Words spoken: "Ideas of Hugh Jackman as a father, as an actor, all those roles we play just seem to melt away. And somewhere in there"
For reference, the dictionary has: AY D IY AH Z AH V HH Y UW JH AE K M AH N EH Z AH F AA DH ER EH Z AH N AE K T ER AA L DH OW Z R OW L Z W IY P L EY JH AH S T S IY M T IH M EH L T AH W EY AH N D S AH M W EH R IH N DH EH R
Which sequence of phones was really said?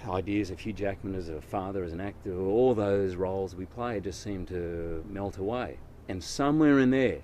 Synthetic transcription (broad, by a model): AY D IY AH Z AH V HH Y UW JH AE K M AH N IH Z AH F AA DH ER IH Z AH N AE K T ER AA L DH OW Z R OW L Z W IY P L EY JH AH S T S IY M T IH M EH L T AH W EY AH N S AH M W EH R IH N DH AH R